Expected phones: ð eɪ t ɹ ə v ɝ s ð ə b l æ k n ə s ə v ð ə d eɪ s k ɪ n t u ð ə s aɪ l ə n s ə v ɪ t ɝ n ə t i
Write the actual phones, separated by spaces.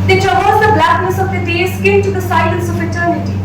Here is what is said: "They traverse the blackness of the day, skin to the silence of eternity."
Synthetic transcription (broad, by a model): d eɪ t ɹ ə b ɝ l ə b l æ k n ə s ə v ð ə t eɪ s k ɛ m t u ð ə s aɪ l ə n s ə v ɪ t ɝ n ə t i